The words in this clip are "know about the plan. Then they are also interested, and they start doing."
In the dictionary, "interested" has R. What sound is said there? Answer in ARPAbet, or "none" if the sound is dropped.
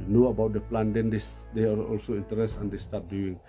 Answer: none